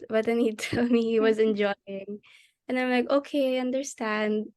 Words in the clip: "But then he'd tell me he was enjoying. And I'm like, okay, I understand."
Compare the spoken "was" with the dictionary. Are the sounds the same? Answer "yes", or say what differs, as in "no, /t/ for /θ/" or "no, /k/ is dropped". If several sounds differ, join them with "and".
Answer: yes